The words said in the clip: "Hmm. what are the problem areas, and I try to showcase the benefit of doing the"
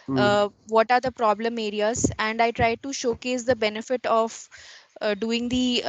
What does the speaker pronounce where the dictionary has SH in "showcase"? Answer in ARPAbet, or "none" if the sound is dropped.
SH